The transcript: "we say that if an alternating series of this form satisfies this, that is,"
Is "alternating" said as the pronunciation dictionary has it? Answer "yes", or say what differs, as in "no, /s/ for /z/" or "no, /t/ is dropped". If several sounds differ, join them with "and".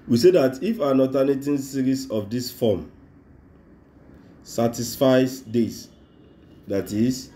no, /l/ is dropped